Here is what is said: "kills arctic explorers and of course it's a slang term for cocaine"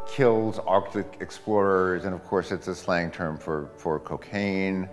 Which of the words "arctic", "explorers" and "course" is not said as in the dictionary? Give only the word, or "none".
none